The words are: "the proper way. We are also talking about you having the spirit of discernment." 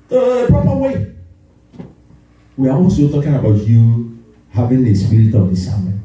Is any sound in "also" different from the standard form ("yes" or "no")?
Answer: yes